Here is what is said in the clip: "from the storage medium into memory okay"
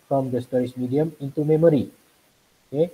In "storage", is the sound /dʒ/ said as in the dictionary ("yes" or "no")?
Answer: no